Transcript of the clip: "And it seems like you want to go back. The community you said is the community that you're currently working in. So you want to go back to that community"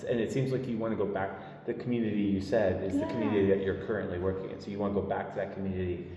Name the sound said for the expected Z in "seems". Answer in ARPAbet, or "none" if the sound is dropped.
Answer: Z